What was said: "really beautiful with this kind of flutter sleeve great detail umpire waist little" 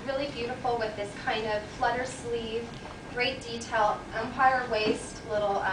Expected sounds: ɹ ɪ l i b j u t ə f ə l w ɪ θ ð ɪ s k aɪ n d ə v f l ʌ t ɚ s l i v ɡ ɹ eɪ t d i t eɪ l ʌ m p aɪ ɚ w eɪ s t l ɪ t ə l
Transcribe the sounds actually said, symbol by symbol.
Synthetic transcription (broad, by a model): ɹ ɪ l i b j u t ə f l w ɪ ð ɪ s k aɪ n d ə v f l ʌ t ɚ s l i v ɡ ɹ eɪ t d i t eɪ l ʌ m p aɪ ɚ w eɪ s t l ɪ t l